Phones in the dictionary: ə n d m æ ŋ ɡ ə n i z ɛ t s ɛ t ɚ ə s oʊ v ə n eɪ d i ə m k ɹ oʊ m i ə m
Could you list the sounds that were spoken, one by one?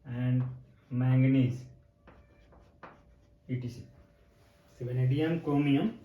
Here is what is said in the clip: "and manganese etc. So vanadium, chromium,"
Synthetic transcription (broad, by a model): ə n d m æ ŋ ɡ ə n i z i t i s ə s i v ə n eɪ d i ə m k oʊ m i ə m